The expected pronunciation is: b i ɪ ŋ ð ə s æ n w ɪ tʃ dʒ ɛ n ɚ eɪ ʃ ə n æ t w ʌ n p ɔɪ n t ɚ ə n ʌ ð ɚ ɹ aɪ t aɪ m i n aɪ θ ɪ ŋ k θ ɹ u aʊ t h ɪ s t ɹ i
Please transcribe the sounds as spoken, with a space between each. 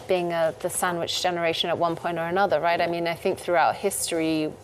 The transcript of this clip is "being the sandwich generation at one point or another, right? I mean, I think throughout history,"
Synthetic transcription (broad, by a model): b i ɪ ŋ ð ə s æ n w ɪ tʃ dʒ ɛ n ɚ eɪ ʃ ə n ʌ t w ʌ n p ɔɪ n t ɚ ə n ʌ ð ɚ ɹ aɪ t aɪ m i n aɪ θ ɪ ŋ k θ ɹ u aʊ t h ɪ s t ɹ i